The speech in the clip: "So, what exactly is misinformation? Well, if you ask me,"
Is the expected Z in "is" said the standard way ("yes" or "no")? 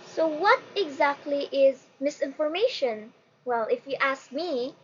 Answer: yes